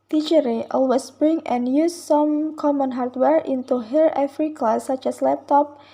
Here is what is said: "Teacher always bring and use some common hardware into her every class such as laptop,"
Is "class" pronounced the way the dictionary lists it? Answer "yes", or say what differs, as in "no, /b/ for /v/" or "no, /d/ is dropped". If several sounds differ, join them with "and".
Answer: no, /l/ is dropped